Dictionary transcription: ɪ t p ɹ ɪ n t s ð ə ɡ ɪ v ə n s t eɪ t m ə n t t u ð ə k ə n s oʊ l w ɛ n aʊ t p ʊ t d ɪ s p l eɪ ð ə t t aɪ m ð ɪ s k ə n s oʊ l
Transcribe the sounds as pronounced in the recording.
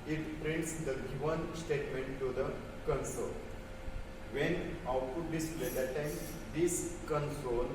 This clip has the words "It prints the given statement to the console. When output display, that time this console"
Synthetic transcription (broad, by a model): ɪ t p ɹ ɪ n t s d ə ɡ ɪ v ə n s t eɪ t m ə n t t u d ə k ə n s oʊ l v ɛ n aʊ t u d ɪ s l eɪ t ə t t aɪ m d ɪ s k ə n s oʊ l